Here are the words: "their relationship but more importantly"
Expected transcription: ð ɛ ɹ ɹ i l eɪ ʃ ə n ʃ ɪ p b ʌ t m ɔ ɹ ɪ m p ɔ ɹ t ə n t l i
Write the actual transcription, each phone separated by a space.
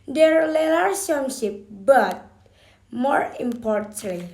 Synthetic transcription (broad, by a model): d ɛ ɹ l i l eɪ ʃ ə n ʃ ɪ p b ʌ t m ɔ ɹ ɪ m p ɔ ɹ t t l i